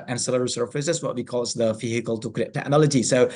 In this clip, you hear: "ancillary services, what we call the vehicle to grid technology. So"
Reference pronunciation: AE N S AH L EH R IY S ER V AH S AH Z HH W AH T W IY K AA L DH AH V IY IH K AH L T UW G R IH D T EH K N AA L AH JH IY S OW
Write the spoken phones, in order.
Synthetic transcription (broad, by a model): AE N S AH L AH R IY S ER F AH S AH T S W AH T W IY K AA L DH AH F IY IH K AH L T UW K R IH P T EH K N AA L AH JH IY S OW